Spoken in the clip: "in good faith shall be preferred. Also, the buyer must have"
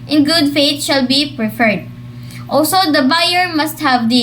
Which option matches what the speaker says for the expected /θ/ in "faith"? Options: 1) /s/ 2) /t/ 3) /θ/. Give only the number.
2